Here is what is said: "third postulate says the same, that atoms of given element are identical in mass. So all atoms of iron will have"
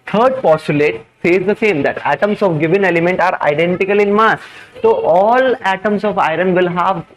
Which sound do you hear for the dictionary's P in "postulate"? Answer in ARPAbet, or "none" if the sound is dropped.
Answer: P